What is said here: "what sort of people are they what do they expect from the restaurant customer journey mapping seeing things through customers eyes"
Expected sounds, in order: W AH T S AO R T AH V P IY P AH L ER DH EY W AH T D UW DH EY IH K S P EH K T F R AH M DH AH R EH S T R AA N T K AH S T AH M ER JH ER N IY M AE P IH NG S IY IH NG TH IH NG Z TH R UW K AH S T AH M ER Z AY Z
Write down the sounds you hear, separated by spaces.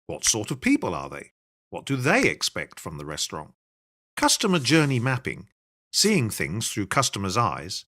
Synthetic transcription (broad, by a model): W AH T S AO R T AH V P IY P AH L ER DH EY W AH T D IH DH EY IH K S P EH K T F R AH M DH AH R EH S T R AA N T K AH S T AH M ER JH ER N IY M AE P IH NG S IY IH NG TH IH NG Z TH R UW K AH S T AH M ER Z AY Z